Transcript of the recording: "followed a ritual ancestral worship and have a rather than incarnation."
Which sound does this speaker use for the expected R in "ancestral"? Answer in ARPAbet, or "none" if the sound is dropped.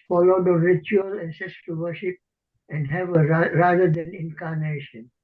none